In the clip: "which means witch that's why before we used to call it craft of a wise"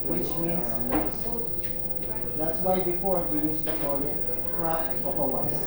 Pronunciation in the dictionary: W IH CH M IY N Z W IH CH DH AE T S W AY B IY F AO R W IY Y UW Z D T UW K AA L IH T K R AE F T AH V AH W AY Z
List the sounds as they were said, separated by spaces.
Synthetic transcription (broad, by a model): W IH CH M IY N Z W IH S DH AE T S W AY B IY F AO R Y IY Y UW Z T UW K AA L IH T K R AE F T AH P AH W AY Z